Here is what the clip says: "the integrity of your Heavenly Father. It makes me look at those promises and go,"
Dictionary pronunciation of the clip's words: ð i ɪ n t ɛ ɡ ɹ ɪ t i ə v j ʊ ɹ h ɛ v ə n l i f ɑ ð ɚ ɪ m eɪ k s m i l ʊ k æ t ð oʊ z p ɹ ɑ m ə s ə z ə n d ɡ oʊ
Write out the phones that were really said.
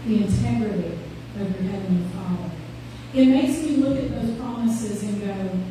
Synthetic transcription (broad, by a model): ð i ɪ n t ɛ ɡ ɹ ɪ t i ə v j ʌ ɹ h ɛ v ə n i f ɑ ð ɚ ɪ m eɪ s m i l ʊ k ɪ t ð oʊ z p ɹ ɑ m ə s ə z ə n ɡ oʊ